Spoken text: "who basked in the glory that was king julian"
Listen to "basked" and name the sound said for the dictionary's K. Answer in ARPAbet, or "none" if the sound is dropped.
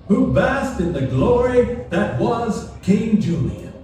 none